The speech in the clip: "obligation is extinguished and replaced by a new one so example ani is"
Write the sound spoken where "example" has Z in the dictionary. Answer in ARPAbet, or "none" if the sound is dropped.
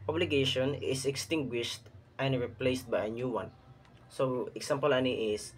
S